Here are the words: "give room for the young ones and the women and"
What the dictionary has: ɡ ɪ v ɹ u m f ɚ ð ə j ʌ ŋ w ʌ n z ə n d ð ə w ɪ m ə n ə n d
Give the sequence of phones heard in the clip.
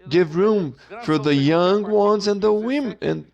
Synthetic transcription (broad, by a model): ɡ ɪ v ɹ u m f ɚ ð ə j ʌ ŋ w ʌ n z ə n ð ə w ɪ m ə n